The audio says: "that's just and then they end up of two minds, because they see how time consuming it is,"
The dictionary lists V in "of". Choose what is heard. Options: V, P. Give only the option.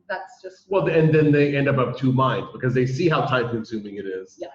P